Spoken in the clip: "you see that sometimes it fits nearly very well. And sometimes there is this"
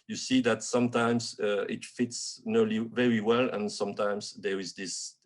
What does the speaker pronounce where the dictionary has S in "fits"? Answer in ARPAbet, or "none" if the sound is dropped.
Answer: S